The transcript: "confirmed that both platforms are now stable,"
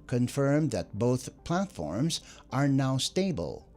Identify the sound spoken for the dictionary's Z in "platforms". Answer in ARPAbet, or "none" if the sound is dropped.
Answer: Z